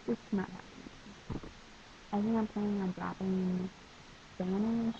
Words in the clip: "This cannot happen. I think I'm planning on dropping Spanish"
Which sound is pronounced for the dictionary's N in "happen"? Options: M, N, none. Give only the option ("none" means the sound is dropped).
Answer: none